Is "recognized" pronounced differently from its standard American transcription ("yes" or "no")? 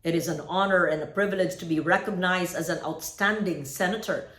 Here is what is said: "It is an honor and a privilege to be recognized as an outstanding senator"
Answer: no